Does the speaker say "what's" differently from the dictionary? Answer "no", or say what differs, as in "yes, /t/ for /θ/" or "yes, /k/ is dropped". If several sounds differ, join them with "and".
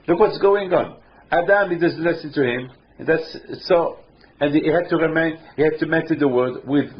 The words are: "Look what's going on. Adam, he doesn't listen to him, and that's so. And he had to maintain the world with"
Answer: no